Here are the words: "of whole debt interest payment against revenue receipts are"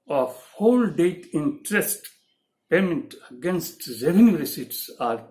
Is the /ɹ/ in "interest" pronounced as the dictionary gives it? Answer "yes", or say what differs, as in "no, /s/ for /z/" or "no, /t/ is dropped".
yes